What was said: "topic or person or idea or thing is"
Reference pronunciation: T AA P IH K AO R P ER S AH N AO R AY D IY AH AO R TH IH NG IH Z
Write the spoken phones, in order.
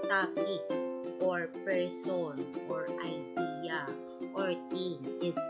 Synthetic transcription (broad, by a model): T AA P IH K AO R P ER S AH N AO R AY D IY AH AO R T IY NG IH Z